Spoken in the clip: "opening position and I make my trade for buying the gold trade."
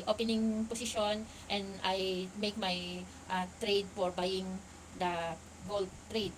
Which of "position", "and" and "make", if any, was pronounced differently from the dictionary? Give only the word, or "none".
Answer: position